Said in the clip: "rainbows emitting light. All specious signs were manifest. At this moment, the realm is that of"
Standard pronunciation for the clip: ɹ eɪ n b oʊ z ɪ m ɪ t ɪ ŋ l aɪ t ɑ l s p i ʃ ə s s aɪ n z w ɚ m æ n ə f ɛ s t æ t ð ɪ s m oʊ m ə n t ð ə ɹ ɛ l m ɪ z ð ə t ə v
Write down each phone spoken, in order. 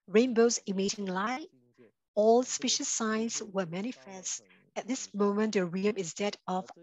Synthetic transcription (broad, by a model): ɹ eɪ n b oʊ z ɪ m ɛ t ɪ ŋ l aɪ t ɑ l s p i ʃ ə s s aɪ n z w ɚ m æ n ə f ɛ s t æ t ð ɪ s m oʊ m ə n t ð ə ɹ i m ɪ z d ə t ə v